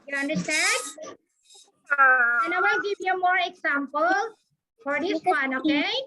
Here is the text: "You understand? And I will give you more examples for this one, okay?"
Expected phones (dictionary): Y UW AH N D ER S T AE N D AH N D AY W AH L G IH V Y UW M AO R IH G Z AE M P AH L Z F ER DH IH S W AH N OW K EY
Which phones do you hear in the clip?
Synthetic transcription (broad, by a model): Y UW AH N D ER S T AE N D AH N AY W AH N G IH V Y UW M AO R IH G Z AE M P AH L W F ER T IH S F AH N OW K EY